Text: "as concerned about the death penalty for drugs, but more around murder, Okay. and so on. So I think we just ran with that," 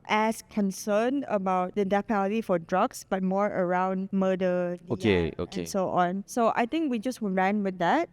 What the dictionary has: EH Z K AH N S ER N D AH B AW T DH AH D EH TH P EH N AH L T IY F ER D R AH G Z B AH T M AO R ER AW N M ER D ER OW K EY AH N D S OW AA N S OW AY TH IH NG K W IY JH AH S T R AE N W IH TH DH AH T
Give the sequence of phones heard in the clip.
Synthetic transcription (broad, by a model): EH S K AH N S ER N AH B AW T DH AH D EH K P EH L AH T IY F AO D R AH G S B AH T M AO R ER AW N M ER D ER OW K EY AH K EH S OW AA N S OW AY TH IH NG K W IY JH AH S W R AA N W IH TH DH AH T